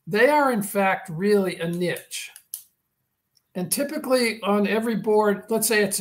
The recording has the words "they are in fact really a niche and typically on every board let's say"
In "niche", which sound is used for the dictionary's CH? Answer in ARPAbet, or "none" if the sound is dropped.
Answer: CH